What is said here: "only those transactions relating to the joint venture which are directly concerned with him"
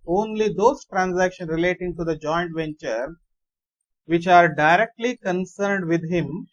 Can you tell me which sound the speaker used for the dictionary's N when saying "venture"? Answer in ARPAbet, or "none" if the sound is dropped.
N